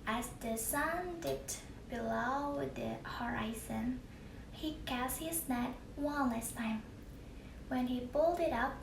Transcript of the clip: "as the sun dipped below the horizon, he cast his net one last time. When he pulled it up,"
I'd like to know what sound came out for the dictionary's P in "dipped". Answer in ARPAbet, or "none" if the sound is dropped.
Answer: none